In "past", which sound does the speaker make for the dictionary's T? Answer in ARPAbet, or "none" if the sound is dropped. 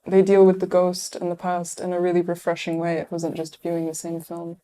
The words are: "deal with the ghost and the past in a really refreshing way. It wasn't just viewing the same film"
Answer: T